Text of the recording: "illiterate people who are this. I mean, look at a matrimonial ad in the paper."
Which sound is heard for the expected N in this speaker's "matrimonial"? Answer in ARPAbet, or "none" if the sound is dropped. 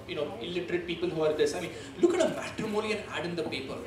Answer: L